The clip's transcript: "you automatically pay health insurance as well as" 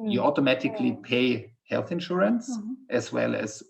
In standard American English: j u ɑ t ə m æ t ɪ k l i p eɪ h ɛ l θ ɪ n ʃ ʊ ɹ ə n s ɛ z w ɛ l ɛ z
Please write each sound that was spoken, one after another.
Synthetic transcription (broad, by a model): j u ɑ t ə m æ t ɪ k l i p eɪ h ɛ l θ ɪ n ʃ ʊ ɹ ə n s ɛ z w ɛ l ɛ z